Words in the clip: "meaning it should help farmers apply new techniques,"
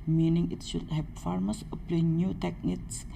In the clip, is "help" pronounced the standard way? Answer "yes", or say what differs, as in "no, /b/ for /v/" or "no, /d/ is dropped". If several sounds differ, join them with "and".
no, /l/ is dropped